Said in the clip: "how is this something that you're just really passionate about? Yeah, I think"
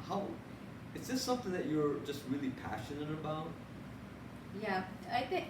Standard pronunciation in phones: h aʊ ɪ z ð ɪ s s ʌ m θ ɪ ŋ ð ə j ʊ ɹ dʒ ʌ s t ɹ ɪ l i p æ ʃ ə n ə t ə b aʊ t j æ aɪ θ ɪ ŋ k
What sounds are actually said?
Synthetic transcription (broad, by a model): h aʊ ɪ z ð ɪ s s ʌ m θ ɪ ŋ ð ə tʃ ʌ ɹ dʒ ʌ s t ɹ ɪ l i p æ ʃ ə n ə t ə b aʊ t j æ aɪ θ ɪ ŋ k